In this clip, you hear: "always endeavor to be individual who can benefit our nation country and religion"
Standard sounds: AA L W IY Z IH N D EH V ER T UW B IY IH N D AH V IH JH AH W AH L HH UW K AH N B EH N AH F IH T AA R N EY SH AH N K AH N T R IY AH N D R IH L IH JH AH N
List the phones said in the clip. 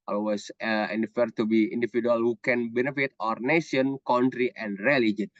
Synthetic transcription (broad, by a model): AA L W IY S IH N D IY F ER T UW B IY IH N D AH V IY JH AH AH L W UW K AH N B EH N AH F IH T AA R N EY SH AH N K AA N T R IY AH N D R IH L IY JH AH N